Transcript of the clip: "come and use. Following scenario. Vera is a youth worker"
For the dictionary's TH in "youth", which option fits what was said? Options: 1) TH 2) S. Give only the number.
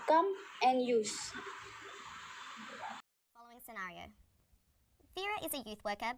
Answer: 1